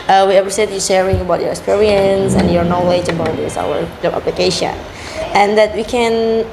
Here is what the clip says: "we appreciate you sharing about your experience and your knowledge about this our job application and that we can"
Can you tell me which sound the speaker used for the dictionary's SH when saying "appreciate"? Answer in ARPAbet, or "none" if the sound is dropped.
S